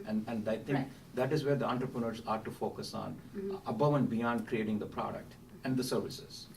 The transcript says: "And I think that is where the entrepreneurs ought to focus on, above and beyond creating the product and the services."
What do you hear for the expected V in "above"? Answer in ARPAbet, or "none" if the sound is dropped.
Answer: V